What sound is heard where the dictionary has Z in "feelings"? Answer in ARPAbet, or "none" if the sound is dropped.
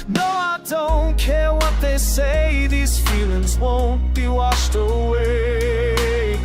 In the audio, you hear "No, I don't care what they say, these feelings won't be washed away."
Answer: Z